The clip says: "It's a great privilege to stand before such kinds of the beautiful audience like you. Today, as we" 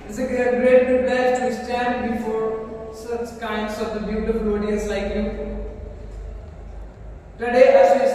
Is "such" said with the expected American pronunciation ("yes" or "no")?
yes